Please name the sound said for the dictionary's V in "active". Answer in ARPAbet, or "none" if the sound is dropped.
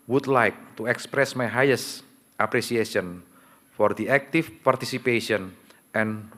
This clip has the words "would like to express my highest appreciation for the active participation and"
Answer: F